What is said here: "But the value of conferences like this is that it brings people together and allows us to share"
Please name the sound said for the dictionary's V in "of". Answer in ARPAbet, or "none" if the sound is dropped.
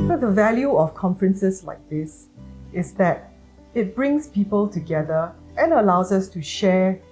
F